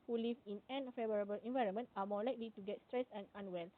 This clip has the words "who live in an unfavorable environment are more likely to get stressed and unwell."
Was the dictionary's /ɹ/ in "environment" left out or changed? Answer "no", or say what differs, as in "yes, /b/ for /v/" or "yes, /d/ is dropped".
no